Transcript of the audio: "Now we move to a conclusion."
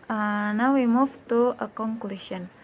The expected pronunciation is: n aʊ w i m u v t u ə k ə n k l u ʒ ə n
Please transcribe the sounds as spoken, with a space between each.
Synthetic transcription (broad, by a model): n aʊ w i m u f t u ə k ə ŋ k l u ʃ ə n